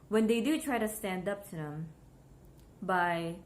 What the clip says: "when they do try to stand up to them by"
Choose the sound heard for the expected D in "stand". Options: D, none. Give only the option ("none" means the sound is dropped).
D